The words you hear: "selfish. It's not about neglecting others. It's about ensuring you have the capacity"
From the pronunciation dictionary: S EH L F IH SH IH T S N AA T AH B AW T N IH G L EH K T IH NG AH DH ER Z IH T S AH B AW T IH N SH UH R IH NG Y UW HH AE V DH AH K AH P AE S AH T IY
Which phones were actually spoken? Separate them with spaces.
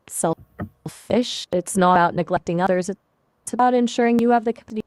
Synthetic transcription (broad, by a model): S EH L F IH SH IH T S N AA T AH B AW T N IH G L EH K T IH NG AH DH ER Z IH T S AH B AW T IH N SH UH R IH NG Y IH V DH AH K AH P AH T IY